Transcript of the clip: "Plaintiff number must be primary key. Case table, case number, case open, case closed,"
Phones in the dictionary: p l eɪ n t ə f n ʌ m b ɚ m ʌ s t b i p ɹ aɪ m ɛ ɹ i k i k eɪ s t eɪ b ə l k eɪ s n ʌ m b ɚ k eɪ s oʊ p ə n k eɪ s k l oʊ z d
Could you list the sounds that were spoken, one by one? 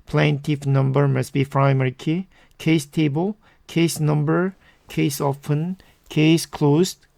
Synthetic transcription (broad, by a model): p l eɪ n t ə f n ʌ m b ɚ m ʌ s b i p ɹ aɪ m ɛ ɹ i k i k eɪ s t eɪ b ə l k eɪ s n ʌ m b ɚ k eɪ s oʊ f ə n k eɪ s k l oʊ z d